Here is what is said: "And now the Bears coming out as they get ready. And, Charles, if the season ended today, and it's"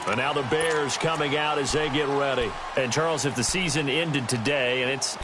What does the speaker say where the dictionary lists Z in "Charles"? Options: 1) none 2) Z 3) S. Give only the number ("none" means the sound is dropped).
2